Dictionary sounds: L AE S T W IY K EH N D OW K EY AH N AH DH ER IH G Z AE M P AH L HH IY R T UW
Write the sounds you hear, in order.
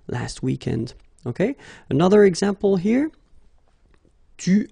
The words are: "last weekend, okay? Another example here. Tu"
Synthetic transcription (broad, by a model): L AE S T W IY K EH N D OW K EY AH N AH DH ER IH G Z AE M P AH L HH IY R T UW